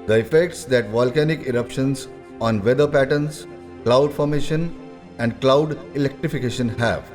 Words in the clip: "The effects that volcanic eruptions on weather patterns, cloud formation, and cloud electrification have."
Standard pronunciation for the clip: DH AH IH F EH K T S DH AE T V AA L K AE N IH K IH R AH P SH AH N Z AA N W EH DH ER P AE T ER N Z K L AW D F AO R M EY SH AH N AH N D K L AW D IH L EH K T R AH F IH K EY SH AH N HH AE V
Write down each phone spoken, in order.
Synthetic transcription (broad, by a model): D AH IH F EH K T S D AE T V AA L K AE N IH K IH R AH P SH AH N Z AA N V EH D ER P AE T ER N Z K L AW D F AO R M EY SH AH N AH N D K L AW D IH L EH K T R AH F IH K EY SH AH N HH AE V